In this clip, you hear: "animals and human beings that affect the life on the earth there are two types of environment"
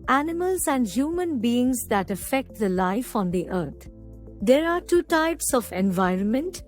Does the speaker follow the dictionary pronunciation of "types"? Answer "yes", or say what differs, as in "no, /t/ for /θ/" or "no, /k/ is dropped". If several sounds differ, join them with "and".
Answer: yes